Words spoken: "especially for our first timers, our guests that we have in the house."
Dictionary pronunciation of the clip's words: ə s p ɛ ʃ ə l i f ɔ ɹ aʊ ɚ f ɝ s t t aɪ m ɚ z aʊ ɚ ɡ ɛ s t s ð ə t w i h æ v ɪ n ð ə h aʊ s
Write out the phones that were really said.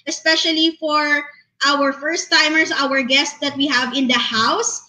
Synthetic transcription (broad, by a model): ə s p ɛ ʃ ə l i f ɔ ɹ aʊ ɚ f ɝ s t t aɪ m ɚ s aʊ ɚ ɡ ɛ s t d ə t w i h æ v ɪ n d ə h aʊ s